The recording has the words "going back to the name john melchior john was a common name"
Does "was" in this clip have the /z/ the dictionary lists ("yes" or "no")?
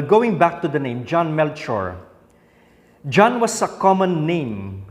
no